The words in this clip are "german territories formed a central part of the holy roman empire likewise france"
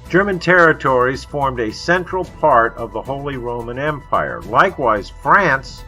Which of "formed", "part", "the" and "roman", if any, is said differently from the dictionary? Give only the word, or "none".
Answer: none